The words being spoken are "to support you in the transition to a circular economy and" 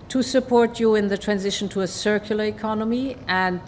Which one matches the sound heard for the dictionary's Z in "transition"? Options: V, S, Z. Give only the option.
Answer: Z